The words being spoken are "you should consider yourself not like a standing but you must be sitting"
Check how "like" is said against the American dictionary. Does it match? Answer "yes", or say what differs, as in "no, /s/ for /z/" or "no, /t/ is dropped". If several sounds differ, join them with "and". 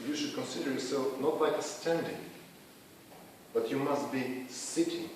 no, /k/ is dropped